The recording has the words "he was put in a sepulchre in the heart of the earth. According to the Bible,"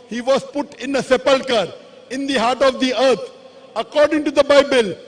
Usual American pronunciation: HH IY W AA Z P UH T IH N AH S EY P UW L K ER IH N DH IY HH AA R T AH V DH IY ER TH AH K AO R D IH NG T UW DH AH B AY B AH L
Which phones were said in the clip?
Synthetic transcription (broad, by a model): HH IY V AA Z P UH T IH N AH S EY P UW L K ER IH N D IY HH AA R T AH V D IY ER T AH K AO R D IH NG T UW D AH B AY B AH L